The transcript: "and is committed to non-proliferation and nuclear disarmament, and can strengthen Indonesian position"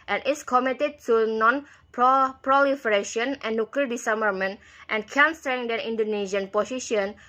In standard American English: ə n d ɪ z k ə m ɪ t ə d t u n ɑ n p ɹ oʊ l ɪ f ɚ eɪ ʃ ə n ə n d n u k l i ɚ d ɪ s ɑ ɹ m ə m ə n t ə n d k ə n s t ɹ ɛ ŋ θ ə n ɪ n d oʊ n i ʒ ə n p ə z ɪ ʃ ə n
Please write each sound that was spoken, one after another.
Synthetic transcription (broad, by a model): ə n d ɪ s k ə m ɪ t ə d t u n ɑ n p ɹ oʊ l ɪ f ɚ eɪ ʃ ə ə n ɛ n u k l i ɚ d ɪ s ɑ m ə m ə n t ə n k ə n s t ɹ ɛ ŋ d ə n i n d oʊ n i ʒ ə n p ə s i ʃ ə n